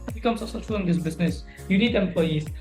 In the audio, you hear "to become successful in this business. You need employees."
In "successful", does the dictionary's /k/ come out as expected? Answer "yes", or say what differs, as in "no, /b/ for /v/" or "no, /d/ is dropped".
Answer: no, /k/ is dropped